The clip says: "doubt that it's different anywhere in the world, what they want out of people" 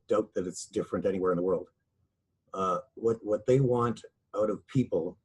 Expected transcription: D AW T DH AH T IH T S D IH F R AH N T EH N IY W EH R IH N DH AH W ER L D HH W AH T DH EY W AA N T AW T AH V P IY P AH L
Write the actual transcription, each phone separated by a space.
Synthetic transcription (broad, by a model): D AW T DH AH T IH T S D IH F R AH N T EH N IY W EH R IH N DH AH W ER L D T W AH T DH EY W AA N T AW T AH V P IY P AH L